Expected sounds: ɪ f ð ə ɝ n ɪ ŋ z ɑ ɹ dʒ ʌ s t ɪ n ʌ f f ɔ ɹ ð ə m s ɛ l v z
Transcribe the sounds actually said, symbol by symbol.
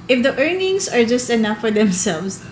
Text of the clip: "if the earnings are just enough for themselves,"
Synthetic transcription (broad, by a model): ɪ f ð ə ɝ n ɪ ŋ s ɑ ɹ dʒ ʌ s t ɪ n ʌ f f ɔ ɹ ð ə m s ɛ l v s